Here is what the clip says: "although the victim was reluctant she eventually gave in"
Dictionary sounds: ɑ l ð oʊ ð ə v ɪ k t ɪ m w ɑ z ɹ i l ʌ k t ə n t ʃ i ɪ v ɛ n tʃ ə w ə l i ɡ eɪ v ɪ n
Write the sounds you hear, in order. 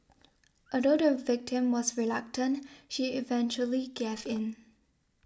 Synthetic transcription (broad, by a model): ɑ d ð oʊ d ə v ɪ k t ɪ m w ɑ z ɹ i l ʌ k t ə n t ʃ i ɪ v ɛ n tʃ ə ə l i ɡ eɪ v ɪ n